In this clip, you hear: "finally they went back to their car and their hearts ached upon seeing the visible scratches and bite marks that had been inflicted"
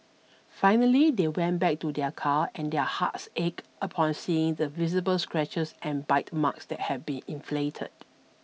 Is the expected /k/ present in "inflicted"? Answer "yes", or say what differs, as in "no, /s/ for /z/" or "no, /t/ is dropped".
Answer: no, /k/ is dropped